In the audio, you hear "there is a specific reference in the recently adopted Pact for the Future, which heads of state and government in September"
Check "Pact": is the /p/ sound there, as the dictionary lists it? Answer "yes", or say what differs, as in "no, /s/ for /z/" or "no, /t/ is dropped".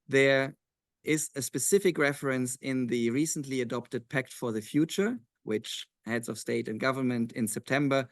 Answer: yes